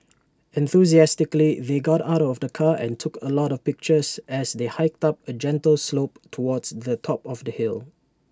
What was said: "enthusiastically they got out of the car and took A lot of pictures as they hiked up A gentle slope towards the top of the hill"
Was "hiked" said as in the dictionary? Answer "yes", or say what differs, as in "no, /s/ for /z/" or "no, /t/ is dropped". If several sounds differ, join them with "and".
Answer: yes